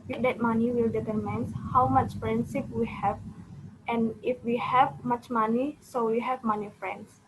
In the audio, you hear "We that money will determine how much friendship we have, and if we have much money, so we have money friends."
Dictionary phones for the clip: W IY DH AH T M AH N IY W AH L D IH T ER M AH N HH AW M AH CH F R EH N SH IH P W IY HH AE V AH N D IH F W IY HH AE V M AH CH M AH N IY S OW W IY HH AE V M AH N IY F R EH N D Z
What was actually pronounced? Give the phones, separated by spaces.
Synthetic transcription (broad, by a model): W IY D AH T M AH N IY W AH L D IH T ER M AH N HH AW M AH CH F R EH N S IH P W IY HH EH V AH N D IH F W IY HH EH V M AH CH M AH N IY S OW W IY HH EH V M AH N IY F R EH N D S